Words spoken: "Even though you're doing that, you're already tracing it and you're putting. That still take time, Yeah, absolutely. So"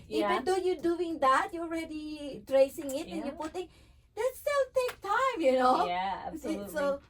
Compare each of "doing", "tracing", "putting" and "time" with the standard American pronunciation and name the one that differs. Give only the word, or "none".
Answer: none